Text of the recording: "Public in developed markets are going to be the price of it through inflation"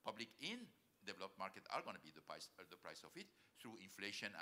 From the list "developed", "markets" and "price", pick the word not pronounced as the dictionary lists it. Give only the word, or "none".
markets